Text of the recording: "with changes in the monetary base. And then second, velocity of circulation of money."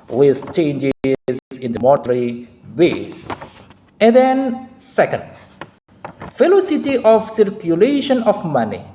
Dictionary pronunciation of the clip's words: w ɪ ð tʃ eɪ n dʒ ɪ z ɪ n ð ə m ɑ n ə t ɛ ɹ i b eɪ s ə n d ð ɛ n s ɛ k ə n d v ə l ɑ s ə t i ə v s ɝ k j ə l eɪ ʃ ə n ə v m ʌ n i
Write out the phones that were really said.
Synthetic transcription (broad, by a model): w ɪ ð tʃ eɪ n dʒ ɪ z ɪ n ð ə m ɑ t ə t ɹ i b eɪ s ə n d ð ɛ n s ɛ k ə n d f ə l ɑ s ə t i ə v s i k j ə l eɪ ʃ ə n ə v m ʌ n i